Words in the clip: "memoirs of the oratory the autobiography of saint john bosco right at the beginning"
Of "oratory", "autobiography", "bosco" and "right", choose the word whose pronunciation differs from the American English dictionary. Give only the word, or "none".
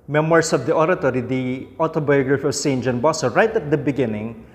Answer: bosco